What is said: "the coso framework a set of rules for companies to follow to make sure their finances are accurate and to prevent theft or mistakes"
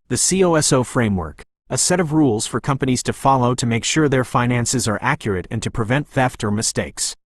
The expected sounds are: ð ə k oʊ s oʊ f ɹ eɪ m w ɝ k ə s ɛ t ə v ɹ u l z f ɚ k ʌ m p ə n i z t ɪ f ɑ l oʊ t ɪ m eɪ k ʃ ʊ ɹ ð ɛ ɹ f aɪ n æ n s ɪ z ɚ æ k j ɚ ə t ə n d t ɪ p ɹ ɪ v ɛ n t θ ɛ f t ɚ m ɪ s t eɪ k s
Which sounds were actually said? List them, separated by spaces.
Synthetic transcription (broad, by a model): ð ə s oʊ s oʊ f ɹ eɪ m w ɝ k ə s ɛ t ə v ɹ u l z f ɚ k ʌ m p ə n i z t ɪ f ɑ l oʊ t ɪ m eɪ k ʃ ʊ ɹ ð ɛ ɹ f aɪ n æ n s ɪ z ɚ æ k j ɚ ə t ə n t ɪ p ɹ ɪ v ɛ n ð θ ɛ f t ɚ m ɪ s t eɪ k s